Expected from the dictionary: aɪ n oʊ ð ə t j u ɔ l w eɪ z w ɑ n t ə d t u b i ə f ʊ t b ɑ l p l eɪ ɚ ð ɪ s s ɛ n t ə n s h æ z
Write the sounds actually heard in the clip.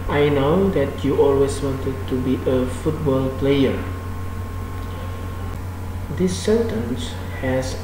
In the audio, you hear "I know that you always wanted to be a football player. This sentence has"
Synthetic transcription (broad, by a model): aɪ n oʊ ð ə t j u ɔ l w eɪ s w ɑ n t ə d t u b i ə f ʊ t b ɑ l p l eɪ ɚ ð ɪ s s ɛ n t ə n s h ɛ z